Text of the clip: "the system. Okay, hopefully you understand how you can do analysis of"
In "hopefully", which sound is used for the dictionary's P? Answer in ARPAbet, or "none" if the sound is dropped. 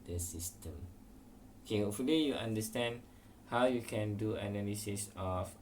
none